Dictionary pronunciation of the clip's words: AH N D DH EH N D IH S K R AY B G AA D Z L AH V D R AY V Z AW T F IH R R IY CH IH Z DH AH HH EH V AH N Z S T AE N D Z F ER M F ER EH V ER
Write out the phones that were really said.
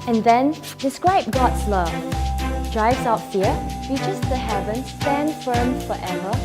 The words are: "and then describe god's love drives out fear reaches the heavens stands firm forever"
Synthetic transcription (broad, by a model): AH N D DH EH N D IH S K R AY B G AA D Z L AH V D R AY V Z AW T F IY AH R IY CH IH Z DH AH HH EH V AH N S T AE N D F ER M F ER EH V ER